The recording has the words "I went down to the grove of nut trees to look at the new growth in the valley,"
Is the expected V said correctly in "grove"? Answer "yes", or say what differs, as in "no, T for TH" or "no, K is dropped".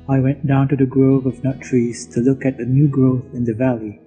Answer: yes